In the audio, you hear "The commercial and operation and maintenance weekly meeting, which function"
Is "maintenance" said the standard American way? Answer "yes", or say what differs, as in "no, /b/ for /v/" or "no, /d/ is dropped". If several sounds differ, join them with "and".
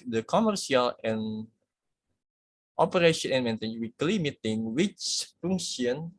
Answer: no, /n/ is dropped and /s/ is dropped